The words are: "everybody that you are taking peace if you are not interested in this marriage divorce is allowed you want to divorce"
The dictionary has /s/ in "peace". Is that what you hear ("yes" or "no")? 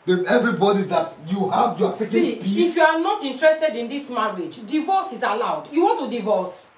no